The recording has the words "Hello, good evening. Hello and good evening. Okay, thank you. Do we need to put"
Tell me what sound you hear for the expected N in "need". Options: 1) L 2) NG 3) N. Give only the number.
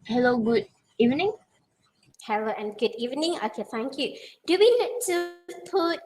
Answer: 1